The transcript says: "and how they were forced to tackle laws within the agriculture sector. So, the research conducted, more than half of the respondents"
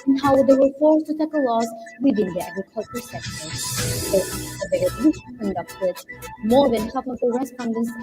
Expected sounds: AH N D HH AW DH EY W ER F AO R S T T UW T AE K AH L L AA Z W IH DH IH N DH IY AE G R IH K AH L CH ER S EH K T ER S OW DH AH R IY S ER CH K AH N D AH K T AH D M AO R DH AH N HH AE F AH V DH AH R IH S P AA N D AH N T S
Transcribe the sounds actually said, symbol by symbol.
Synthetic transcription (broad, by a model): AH N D HH AW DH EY W ER F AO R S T T UW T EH K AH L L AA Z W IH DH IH N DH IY AE G R IH K AH L CH ER S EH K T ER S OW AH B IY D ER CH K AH N D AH K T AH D M AO R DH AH N HH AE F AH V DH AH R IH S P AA N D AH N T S